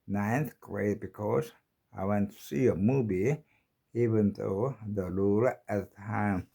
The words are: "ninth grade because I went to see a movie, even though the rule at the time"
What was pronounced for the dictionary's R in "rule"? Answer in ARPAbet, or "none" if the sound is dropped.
L